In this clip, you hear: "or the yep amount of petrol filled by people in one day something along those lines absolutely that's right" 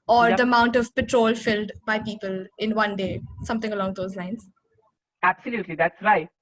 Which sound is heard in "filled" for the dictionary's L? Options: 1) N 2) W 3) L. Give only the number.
3